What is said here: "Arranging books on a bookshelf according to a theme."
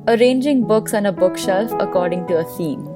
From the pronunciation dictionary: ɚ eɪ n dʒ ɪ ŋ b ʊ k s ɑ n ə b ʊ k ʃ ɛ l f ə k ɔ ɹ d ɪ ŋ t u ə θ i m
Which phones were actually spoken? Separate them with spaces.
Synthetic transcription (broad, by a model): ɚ eɪ n dʒ ɪ ŋ b ʊ k s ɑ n ə b ʊ k ʃ ɛ l f ə k ɔ ɹ d ɪ ŋ t u ə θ i m